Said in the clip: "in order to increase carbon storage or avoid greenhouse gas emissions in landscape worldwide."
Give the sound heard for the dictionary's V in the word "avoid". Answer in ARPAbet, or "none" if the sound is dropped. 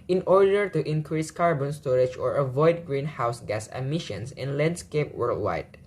V